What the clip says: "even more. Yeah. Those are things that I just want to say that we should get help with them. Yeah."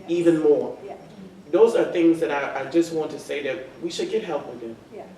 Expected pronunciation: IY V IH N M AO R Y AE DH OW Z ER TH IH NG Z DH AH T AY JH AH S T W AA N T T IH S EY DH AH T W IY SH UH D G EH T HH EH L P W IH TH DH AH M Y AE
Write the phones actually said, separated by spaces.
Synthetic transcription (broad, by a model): IY V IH N M AO R DH OW Z ER TH IH NG Z DH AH T AY JH AH S T W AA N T T IH S EY DH AH T W IY SH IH D G EH T HH EH L P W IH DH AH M